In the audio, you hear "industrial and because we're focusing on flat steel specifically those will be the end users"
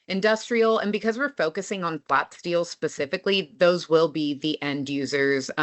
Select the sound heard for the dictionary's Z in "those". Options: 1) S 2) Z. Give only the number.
2